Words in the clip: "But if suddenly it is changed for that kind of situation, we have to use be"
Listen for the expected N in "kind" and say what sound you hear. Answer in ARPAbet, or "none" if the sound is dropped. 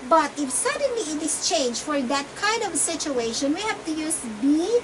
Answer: N